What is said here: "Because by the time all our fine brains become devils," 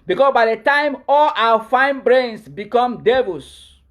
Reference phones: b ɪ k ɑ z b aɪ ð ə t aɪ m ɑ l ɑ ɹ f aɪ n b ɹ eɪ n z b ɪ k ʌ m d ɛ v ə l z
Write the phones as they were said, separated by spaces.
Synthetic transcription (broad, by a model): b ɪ k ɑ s b aɪ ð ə t aɪ m ɑ l ɑ f aɪ n b ɹ eɪ n s b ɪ k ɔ m d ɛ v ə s